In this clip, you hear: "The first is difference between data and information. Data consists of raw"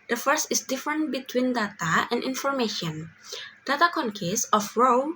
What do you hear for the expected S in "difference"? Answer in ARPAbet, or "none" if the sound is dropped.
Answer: none